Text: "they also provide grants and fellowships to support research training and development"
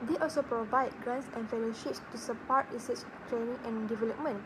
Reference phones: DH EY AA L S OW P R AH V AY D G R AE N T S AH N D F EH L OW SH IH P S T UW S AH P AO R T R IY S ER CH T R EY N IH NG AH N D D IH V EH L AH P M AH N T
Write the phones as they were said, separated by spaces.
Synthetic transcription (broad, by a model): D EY AA L S OW P R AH V AY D G R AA N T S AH N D F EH L OW SH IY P S T UW S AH P AO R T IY S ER S T R EY N IH NG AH N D D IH V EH L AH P M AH N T